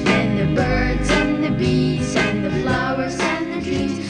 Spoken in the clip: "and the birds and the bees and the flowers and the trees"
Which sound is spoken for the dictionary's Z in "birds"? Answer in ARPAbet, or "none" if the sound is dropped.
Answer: Z